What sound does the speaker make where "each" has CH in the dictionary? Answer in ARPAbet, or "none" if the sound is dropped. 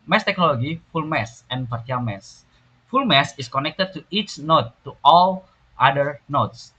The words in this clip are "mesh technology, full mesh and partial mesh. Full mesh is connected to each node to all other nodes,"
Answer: CH